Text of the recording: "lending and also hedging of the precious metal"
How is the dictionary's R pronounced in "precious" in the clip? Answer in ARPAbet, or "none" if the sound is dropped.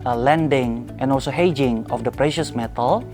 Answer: R